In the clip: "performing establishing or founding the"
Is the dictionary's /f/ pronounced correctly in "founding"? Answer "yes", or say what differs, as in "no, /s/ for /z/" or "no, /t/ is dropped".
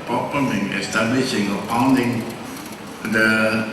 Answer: no, /p/ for /f/